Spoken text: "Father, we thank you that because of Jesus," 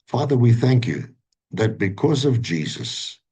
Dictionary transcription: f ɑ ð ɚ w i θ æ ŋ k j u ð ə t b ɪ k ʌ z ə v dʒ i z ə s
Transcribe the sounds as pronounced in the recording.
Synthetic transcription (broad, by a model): f ɑ ð ɚ w i θ æ ŋ k j u ð ə t b ɪ k ʌ z ə v dʒ i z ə s